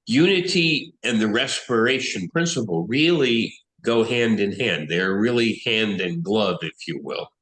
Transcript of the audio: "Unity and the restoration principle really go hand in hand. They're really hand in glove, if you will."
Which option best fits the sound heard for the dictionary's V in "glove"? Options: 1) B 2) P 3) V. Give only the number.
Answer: 3